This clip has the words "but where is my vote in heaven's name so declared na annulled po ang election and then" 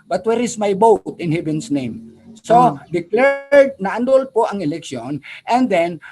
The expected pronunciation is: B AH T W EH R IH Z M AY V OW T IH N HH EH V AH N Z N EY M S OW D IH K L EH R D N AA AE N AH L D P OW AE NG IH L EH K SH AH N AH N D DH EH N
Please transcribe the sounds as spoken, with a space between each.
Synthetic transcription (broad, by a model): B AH T W EH R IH S M AY B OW T IH N HH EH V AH N S N EY M S OW D IH K L EH R D N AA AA N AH L P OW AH NG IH L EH K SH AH N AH N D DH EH N